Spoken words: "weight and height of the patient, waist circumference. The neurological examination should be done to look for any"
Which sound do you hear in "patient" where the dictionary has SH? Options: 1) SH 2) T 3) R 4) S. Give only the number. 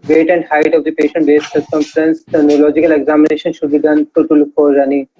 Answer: 1